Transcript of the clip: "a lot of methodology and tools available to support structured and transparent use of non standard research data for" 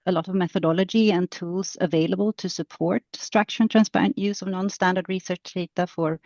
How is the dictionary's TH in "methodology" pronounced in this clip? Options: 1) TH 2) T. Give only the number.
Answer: 1